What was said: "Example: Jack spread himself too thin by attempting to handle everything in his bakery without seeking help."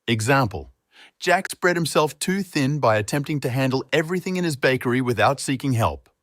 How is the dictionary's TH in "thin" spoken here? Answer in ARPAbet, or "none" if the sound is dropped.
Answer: TH